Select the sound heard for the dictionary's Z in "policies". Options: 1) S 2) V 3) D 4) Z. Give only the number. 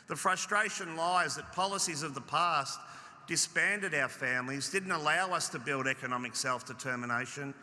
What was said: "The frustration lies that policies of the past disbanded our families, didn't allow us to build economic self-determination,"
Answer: 4